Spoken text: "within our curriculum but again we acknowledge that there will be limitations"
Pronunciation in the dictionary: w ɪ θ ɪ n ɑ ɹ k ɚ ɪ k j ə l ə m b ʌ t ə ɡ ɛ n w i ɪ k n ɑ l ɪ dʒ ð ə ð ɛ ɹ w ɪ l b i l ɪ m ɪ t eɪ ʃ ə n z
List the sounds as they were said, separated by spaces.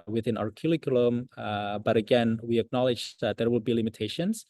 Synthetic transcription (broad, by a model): w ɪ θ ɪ n ɑ ɹ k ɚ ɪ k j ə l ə m b ʌ t ə ɡ ɛ n w i ɪ k n ɑ l ɪ dʒ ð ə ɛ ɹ w ɪ l b i l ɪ m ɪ t eɪ ʃ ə n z